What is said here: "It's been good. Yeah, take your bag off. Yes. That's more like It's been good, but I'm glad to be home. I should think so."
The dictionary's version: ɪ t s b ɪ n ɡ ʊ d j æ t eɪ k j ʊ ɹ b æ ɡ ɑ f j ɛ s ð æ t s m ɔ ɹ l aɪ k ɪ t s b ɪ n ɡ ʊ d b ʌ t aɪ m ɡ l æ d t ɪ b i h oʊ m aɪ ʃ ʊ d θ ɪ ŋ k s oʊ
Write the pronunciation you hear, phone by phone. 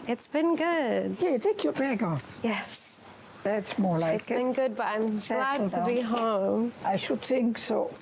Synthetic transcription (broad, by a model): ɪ t s b ɪ n ɡ ʊ d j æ t eɪ k j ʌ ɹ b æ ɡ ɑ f j ɛ s ð æ t s m ɔ ɹ l aɪ ɪ t s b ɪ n ɡ ʊ d b ʌ t aɪ m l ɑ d t ɪ b i h oʊ m aɪ ʃ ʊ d θ ɪ ŋ k s oʊ